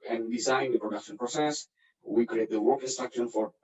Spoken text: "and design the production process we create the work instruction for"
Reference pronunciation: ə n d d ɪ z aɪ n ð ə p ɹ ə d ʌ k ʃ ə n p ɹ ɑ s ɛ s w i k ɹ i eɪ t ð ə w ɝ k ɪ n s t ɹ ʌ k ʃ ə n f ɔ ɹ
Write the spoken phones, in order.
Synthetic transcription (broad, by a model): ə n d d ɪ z aɪ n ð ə p ɹ ə d ʌ k ʃ ə n p ɹ ɑ s ɛ s w i k ɹ i eɪ t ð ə w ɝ k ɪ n s t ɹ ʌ k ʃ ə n f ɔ ɹ